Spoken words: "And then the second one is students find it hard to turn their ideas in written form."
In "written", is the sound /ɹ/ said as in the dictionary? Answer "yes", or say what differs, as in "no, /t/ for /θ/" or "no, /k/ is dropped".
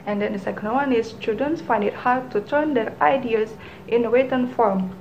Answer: no, /w/ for /ɹ/